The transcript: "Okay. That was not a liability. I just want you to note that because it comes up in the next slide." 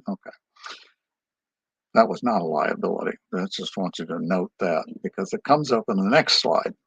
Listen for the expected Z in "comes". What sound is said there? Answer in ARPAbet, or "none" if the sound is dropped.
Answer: Z